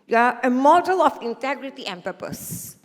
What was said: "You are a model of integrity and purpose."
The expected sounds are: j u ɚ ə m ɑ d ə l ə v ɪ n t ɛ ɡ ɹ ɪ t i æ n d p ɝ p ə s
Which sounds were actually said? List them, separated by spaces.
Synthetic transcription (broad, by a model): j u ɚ ə m ɑ d ə l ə f ɪ n t ɛ ɡ ɹ ɪ t i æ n p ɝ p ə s